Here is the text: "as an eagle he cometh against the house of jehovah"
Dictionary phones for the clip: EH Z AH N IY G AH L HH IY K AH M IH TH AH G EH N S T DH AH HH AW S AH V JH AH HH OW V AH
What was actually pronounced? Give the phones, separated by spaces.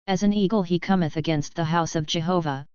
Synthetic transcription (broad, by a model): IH Z AH N IY G AH L IY K AH M IH TH AH G EH N S T DH AH HH AW S AH V JH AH HH OW V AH